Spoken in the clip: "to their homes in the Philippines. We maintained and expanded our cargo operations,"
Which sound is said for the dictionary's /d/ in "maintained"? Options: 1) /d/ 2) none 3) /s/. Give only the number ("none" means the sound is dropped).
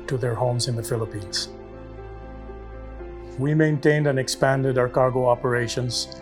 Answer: 1